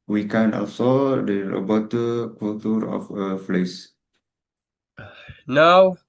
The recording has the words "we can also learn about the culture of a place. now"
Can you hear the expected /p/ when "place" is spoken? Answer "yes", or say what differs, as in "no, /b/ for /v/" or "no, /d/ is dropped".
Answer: no, /f/ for /p/